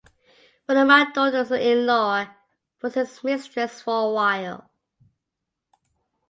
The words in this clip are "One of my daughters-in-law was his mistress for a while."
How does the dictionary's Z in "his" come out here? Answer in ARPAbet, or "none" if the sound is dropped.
S